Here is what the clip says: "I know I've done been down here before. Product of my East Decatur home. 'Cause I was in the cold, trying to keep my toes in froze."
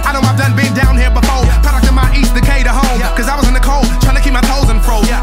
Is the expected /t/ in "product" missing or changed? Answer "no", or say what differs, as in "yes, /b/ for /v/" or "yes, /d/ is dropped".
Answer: yes, /t/ is dropped